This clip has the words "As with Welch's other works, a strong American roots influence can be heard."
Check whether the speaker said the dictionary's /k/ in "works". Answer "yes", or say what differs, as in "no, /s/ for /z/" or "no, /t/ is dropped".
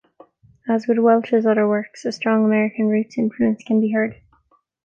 yes